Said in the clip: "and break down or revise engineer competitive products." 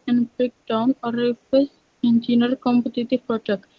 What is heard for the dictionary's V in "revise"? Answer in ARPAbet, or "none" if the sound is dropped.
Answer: F